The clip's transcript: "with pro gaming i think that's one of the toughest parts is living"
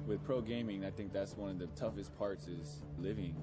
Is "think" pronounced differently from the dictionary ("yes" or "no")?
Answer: no